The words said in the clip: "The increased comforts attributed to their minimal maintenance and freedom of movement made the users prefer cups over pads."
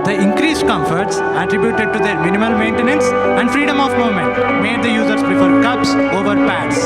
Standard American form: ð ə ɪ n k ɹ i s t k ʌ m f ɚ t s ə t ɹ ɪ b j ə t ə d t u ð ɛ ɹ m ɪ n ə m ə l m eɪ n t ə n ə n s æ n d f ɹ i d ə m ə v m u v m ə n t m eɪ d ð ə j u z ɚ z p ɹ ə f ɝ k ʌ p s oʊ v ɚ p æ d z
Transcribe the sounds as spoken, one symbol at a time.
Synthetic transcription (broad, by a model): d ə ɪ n k ɹ i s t k ʌ m f ɚ t s ə t ɹ ɪ b j ə t ə d t u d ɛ ɹ m ɪ n ə m ə l m eɪ n t ə n ə n s æ n d f ɹ i d ə m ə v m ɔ m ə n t m eɪ d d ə j u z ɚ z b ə f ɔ k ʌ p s oʊ v ɚ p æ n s